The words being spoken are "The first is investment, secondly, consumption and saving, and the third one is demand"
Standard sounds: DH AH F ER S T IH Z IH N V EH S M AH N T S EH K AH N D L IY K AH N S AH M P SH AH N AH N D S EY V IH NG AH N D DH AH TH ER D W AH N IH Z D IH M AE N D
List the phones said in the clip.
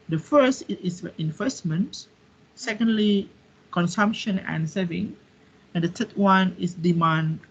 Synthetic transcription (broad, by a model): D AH F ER S T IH S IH N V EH S M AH N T S EH K AH N D L IY K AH N S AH M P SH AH N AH N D S EY V IH NG AH N D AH T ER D W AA N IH S D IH M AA N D